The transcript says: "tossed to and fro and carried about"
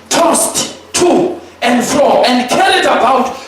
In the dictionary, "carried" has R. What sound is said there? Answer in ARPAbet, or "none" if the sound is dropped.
L